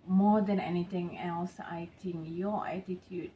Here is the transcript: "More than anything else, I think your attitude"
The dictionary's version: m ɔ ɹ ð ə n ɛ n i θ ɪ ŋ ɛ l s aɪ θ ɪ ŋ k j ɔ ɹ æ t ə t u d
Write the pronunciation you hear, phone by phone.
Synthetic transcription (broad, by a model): m ɔ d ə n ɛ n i t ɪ ŋ ɛ l s aɪ t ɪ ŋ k j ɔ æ t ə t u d